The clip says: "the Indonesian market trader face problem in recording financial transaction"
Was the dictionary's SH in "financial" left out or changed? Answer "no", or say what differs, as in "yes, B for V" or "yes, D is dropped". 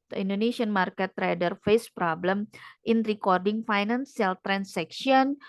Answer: yes, S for SH